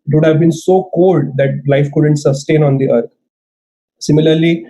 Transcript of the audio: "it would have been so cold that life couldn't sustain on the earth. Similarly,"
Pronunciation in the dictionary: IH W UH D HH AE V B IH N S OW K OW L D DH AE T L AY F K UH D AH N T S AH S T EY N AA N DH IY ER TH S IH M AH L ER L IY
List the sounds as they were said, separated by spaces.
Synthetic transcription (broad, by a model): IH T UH D HH AE V B IH N S OW K OW L D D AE T L AY F K UH D AH N T S AH S T EY N AA N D IY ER T S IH M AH L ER L IY